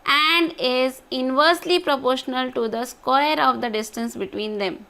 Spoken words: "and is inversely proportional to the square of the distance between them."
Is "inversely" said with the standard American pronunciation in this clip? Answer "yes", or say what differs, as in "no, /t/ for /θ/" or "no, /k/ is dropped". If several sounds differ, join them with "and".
yes